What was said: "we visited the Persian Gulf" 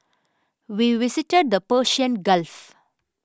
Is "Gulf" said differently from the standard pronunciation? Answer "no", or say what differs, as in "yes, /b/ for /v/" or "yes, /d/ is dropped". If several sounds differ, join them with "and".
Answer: no